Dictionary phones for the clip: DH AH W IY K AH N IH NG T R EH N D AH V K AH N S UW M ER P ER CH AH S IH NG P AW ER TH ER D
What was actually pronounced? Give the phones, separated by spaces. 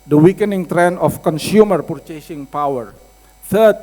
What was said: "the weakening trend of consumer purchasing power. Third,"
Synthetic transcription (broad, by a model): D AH W IY K AH N IH NG T R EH N AH F K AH N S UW M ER P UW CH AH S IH NG P AW ER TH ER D